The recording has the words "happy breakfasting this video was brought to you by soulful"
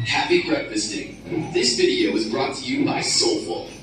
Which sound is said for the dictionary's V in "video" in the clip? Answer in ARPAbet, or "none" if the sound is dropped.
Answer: V